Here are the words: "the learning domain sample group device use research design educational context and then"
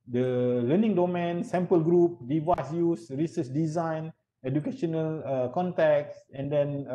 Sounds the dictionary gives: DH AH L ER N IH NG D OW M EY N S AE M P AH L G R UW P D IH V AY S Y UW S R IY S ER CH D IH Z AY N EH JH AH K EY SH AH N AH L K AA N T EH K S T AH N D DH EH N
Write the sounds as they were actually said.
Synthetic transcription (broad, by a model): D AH L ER N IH NG D OW M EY N S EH M P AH L G R UW P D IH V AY S Y UW S R IY S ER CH D IH Z AY N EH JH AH K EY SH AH N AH L K AA N T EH K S AH N D EH N